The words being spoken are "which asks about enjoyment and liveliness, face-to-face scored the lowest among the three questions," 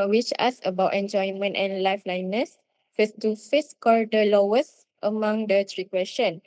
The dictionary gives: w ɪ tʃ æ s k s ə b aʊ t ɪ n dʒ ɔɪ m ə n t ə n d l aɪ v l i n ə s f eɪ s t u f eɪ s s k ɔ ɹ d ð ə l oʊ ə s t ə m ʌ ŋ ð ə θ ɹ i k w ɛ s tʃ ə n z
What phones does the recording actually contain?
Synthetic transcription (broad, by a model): w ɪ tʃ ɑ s s ə b aʊ t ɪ n dʒ ɔɪ m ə n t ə n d l aɪ f l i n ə s f eɪ s t u f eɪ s s k ɔ ɹ d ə l oʊ ə s t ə m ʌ ŋ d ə t ɹ i k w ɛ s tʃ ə n